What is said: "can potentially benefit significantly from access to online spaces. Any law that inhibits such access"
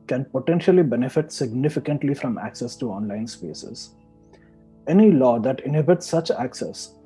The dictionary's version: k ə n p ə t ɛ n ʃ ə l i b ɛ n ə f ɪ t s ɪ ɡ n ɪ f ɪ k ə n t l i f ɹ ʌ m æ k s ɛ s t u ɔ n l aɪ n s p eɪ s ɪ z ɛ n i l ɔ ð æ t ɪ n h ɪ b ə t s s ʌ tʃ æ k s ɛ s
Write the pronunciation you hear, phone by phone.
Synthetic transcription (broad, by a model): k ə n p ə t ɛ n ʃ ə l i b ɛ n ə f ɪ t s ɪ ɡ n ɪ f ɪ k ə n t l i f ɹ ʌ m æ k s ɛ s t u ɔ n l aɪ n s p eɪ s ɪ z ɛ n i l ɔ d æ t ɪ n h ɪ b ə t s s ʌ tʃ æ k s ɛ s